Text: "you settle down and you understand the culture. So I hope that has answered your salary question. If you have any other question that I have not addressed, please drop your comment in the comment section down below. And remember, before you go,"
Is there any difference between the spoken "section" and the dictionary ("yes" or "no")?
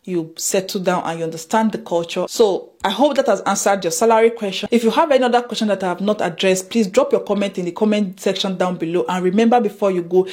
no